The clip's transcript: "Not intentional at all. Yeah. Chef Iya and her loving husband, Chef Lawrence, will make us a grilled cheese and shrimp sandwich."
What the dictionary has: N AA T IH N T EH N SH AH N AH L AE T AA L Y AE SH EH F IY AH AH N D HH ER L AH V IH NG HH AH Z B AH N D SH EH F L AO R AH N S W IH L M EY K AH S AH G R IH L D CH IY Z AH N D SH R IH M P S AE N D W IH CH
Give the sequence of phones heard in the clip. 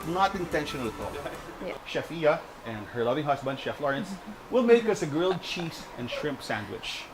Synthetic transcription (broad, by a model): N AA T IH N T EH N SH AH N AH L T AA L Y SH EH F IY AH AH N D HH ER L AH V IH NG HH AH S B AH N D SH EH F L AO R AH N S W IH L M EY K AH S AH G R IH L D CH IY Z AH N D SH R IH M P S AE N D W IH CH